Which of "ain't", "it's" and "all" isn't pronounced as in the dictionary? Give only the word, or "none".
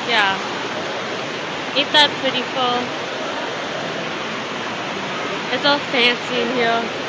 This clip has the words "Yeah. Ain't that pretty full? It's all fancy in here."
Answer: ain't